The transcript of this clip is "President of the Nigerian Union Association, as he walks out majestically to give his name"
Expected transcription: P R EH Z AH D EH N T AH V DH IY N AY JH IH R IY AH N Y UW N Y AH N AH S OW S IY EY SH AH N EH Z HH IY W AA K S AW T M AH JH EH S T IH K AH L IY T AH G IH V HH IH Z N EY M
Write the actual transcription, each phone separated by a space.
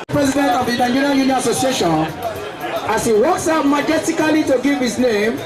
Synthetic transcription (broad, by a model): P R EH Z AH D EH N T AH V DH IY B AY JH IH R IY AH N Y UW N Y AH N AH S OW S IY EY SH AH N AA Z HH IY W AA K S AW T M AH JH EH T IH K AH L IY T AH G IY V HH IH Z N EY M